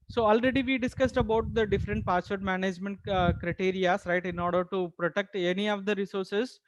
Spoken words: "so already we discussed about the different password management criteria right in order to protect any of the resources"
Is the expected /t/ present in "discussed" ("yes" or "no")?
yes